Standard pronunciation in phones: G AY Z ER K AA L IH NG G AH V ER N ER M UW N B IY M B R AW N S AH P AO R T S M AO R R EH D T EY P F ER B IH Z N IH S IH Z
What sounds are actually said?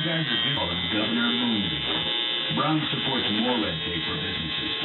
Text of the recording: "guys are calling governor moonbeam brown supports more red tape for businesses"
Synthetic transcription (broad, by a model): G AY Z ER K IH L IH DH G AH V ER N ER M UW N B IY B R AW N S AH P AO R T S M AO R L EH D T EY F ER B IH Z N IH S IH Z